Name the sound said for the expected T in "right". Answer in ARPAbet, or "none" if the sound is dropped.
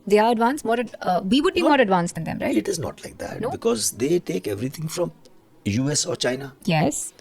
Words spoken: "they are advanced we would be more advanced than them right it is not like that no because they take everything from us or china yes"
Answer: none